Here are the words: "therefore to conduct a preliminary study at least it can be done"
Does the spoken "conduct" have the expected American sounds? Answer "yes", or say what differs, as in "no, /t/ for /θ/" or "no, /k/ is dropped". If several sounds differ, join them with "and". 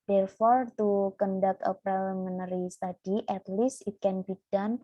no, /t/ is dropped